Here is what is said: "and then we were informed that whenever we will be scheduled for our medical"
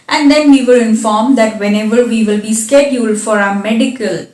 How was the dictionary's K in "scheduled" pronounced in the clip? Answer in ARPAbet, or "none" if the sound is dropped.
K